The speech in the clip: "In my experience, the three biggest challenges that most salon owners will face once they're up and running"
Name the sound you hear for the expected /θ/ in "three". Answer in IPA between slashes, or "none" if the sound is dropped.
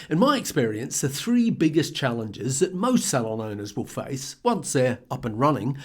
/θ/